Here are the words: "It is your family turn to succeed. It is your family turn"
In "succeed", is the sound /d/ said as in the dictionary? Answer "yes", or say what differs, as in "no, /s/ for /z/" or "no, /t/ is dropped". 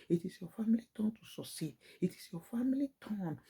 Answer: no, /d/ is dropped